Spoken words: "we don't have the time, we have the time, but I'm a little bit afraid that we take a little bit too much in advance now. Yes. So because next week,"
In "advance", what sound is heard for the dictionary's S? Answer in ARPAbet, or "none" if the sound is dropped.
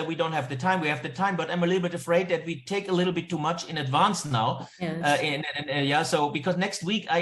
S